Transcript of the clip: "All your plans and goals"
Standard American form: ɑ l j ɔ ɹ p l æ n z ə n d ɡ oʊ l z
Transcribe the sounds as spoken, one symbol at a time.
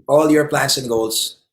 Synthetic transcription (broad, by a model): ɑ l j ɔ ɹ p l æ n s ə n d ɡ oʊ l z